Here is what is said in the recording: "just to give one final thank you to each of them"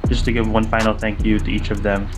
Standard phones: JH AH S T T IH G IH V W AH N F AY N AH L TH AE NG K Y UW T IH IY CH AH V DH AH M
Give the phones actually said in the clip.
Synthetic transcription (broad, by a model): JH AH S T T IH G IH V W AH N F AY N L TH AE NG K Y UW T IH IY CH AH V DH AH M